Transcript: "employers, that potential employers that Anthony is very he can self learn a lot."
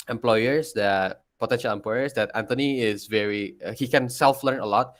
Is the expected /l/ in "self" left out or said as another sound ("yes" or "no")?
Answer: no